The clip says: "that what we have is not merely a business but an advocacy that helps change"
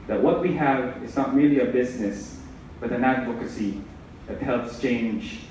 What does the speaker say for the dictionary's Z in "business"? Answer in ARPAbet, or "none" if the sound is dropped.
Z